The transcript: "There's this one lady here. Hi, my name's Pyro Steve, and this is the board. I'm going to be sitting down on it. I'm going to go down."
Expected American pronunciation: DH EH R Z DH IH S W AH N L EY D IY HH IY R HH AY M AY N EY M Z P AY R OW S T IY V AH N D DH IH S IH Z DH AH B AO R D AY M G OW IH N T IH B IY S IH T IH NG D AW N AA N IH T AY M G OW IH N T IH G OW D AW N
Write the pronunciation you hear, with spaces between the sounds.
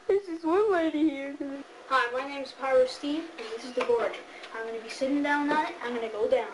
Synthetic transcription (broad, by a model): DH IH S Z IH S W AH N L EY D IY HH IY R HH AY M AY N EY M Z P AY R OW S T IY V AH N DH IH S IH Z DH AH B AO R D AY M G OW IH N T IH B IY S IH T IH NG D AW N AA IH T AY M G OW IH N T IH G OW D AW N